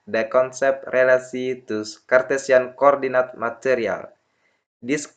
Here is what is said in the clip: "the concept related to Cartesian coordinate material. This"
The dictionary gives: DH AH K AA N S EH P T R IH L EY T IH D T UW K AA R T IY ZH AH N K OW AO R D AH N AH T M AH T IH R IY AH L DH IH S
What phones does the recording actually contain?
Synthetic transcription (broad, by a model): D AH K AA N S EH P T R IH L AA S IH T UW K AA R T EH S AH N K OW AO R D AH N AH T M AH T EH R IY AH L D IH S